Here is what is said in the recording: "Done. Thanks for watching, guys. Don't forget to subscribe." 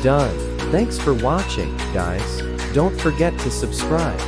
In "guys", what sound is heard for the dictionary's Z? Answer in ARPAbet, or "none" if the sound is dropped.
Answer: S